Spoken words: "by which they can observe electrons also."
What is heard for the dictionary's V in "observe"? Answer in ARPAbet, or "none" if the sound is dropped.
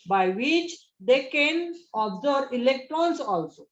none